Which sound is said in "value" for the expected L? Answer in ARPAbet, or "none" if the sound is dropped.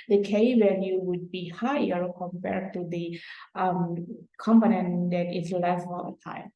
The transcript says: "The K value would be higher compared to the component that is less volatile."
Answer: N